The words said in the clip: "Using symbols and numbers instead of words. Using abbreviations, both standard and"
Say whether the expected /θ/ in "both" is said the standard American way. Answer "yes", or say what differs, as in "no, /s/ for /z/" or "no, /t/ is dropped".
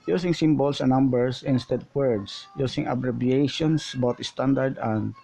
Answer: no, /t/ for /θ/